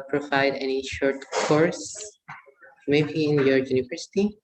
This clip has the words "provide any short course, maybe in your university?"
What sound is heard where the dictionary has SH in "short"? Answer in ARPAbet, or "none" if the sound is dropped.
SH